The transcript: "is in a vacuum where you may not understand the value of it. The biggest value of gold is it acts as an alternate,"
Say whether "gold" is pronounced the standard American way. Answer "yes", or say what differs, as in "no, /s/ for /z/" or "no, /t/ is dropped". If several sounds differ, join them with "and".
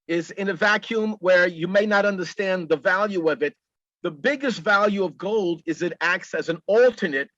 yes